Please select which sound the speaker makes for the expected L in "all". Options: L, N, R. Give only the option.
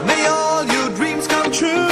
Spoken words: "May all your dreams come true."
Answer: L